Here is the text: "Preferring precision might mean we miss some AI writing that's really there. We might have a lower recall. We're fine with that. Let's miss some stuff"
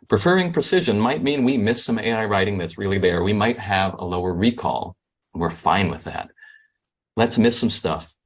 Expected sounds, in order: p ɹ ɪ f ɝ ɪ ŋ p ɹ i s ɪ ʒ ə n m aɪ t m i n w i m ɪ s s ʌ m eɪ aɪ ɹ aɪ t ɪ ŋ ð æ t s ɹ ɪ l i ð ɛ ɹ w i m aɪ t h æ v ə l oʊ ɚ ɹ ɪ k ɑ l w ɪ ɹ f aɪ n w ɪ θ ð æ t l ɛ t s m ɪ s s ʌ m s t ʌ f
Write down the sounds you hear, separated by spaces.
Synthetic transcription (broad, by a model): p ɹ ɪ f ɝ ɪ ŋ p ɹ i s ɪ ʒ ə n m aɪ t m i n w i m ɪ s s ʌ m eɪ aɪ ɹ aɪ t ɪ ŋ ð æ t s ɹ ɪ l i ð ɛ ɹ w i m aɪ t h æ v ə l oʊ ɚ ɹ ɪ k ɑ l w ɪ ɹ f aɪ n w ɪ ð æ t l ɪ t s m ɪ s s ʌ m s t ʌ f